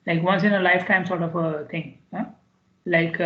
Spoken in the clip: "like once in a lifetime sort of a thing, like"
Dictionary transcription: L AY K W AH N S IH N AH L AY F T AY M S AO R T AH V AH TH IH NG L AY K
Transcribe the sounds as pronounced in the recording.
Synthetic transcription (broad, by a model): L AY K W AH N S IH N AH L AY F T AY M S AO R T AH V AH T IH NG L AY K